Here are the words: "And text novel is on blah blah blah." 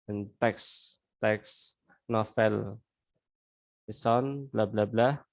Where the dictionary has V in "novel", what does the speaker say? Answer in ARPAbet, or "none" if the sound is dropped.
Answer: F